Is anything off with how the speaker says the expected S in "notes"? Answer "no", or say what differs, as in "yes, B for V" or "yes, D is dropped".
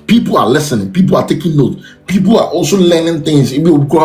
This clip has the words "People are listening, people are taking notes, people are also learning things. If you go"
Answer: yes, S is dropped